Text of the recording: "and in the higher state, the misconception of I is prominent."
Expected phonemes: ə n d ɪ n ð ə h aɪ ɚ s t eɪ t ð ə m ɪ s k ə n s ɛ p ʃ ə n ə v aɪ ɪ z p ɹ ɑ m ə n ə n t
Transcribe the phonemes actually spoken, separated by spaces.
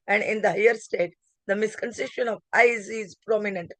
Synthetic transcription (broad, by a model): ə n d ɪ n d ə h aɪ ɚ s t eɪ t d ə m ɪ s k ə n s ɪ ʃ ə n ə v aɪ ɪ z p ɹ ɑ m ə n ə n t